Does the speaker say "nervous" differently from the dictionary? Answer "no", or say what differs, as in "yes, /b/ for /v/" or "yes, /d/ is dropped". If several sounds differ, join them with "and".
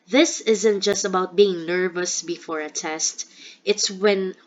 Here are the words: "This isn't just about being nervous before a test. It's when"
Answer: no